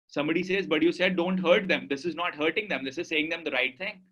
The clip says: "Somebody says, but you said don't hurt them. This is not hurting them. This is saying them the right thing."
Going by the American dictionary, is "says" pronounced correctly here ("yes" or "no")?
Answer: yes